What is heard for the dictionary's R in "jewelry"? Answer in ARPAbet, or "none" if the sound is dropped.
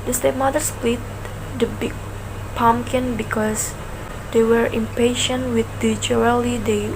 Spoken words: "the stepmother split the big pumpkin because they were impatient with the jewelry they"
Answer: none